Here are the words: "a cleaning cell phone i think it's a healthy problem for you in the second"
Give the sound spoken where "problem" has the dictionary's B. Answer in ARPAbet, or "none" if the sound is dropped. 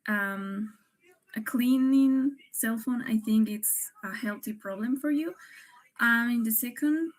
B